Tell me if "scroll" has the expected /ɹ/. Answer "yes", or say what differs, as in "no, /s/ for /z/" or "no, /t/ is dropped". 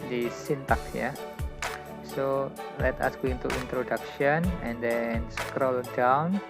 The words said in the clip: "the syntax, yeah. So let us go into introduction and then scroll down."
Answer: yes